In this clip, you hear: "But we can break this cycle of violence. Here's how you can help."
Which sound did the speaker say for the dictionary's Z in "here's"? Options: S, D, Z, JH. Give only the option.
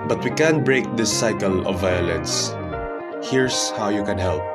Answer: S